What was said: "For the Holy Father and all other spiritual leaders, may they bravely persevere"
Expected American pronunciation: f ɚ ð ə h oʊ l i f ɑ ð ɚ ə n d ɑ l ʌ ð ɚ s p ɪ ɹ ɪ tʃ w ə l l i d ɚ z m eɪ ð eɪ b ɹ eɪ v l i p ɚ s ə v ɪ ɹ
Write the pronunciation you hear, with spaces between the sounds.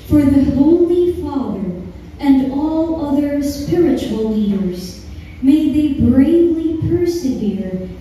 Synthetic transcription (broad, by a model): f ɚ ð ə h oʊ l i f ɑ ð ɚ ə n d ɑ l ʌ ð ɚ s p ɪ ɹ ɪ tʃ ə l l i d ɚ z m eɪ ð eɪ b ɹ eɪ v l i p ɚ s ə v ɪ ɹ